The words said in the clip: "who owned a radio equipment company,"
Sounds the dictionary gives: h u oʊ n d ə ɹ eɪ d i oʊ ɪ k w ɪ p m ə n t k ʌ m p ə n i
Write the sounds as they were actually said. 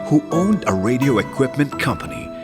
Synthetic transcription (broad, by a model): h u oʊ n d ə ɹ eɪ d i oʊ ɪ k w ɪ p m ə n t k ʌ m p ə n i